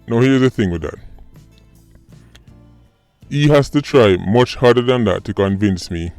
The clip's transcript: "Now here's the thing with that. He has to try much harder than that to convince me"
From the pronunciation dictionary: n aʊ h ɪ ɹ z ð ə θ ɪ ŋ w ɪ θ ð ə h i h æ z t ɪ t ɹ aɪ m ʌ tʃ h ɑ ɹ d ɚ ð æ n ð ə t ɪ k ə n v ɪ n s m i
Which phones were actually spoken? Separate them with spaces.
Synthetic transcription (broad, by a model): n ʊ h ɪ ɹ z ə θ ɪ ŋ w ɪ ð ə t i h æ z t ɪ t ɹ aɪ m ʌ tʃ h ɑ ɹ d ɚ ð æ n ð ə t ɪ k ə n v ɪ n s m i